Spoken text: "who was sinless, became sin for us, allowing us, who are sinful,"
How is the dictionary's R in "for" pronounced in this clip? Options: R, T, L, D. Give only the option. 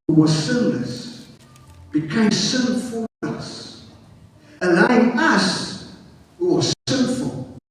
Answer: L